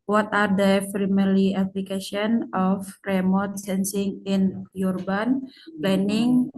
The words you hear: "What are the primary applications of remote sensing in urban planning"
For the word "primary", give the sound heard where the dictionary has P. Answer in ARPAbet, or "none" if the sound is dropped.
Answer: F